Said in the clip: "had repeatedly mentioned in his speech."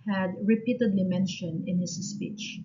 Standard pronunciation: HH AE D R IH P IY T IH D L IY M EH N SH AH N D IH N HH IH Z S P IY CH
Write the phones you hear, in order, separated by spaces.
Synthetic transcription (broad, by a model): HH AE D R IH P IY T IH D L IY M EH N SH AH N IH N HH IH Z S P IY CH